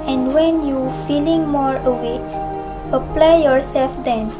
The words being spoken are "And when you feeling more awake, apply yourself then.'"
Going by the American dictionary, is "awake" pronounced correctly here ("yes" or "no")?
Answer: no